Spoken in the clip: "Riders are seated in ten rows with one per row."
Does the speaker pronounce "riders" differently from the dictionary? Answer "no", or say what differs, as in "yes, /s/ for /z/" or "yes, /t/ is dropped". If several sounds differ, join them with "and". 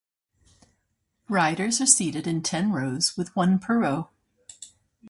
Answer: no